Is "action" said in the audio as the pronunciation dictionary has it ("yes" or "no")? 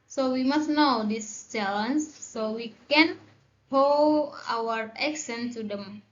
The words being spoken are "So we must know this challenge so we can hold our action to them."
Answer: no